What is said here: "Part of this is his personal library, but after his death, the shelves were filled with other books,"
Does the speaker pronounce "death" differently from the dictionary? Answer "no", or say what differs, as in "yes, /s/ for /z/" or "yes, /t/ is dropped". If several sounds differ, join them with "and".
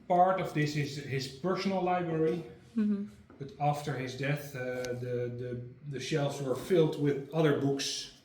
no